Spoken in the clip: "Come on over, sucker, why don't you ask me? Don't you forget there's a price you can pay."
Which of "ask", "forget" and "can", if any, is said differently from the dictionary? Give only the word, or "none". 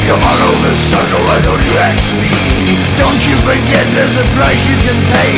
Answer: ask